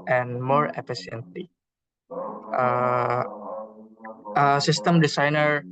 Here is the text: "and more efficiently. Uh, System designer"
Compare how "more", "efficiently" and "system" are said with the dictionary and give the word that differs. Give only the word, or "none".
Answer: efficiently